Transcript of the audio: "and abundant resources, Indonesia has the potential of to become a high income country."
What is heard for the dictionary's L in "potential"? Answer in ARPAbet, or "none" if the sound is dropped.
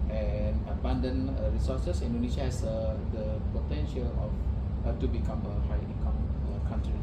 L